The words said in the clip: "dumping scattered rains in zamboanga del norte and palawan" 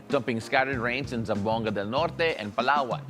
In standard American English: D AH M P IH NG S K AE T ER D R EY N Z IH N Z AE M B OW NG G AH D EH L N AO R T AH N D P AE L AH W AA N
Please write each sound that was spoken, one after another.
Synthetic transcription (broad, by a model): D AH M P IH NG S K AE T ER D R EY N S IH N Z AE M B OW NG G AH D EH L N AO R T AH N P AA L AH W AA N